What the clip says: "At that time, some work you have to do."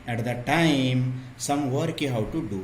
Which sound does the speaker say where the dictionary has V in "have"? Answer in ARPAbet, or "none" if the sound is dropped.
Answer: W